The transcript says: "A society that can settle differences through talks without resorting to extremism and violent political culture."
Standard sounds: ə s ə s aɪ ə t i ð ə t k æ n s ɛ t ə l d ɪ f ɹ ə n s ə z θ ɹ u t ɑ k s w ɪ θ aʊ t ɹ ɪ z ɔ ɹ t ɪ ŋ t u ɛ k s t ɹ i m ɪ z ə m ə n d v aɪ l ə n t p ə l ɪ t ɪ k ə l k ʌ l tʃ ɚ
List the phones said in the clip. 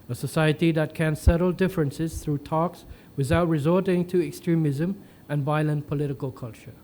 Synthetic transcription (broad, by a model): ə s ə s aɪ ə t i ð ə t k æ n s ɛ t ə l d ɪ f ɹ ə n s ə z θ ɹ u t ɑ k s w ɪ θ aʊ t ɹ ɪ z ɔ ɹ t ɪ ŋ t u ɛ k s t ɹ i m ɪ z ə m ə n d v aɪ l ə n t p ə l ɪ t ɪ k ə l k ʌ l tʃ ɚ